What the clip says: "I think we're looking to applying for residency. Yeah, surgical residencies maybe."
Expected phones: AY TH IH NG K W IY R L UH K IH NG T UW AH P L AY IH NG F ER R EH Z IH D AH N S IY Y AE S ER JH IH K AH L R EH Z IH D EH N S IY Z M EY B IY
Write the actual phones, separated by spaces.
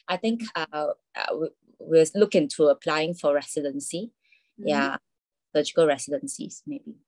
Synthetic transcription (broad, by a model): AY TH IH NG K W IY W L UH K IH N T UW AH P L AY IH NG F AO R EH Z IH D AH N S IY Y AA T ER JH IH K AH L R EH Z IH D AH N S IY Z M EY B IY